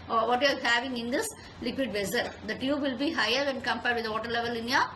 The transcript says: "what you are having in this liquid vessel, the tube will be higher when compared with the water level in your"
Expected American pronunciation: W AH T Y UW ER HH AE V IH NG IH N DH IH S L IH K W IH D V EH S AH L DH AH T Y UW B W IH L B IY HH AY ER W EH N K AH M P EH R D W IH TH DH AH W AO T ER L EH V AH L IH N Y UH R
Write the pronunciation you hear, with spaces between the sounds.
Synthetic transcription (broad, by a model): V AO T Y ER HH AE V IH NG IH N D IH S L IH K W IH D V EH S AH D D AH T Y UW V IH L B IY HH AY ER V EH N K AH M P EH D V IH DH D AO T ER L EH V AH L IH N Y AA